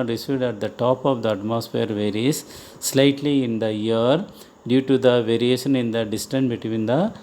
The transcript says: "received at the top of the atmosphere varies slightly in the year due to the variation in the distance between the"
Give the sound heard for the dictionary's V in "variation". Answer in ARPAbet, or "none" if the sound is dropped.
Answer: V